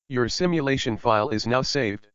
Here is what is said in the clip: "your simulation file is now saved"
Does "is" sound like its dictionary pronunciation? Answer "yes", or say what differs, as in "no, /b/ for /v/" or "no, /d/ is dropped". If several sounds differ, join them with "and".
yes